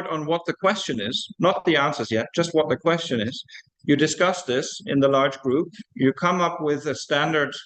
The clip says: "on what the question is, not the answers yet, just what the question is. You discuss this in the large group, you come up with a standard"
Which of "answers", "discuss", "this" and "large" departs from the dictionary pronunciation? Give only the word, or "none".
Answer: none